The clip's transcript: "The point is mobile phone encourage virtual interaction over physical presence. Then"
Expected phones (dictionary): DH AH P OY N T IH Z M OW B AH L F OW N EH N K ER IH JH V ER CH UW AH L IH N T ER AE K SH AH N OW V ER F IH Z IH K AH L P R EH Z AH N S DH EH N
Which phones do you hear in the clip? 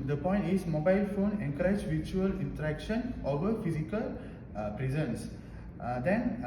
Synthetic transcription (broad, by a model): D AH P OY N T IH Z M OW B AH L F OW N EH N K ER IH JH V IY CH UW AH L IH N T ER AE K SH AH N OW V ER F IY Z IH K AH L P R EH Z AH N S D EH N